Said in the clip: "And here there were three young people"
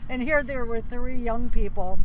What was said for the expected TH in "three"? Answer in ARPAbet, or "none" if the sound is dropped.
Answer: TH